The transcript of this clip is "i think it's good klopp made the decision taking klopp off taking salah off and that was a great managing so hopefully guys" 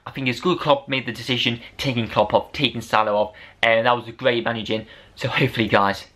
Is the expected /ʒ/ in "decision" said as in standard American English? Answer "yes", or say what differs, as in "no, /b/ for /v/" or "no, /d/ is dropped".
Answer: yes